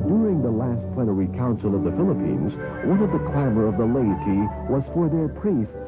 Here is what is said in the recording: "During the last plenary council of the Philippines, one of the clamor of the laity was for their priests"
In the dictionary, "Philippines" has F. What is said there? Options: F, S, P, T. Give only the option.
F